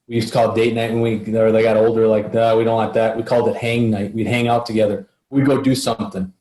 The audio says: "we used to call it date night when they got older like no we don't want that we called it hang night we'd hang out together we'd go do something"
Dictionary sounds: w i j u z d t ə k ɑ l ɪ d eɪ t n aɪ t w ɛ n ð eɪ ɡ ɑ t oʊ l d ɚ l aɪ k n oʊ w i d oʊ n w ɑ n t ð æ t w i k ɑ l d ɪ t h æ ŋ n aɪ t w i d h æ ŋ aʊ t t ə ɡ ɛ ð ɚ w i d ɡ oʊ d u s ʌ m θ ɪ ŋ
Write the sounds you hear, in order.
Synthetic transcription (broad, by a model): w i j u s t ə k ɑ l d eɪ t n aɪ t w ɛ n ð eɪ ɡ ɑ t oʊ l d ɚ l aɪ k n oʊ w i d oʊ n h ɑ t ð æ t w i k ɑ l d ɪ t h æ ŋ n aɪ t w i d h æ ŋ aʊ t t ə ɡ ɛ ð ɚ w i d ɡ oʊ d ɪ s ʌ m θ ɪ ŋ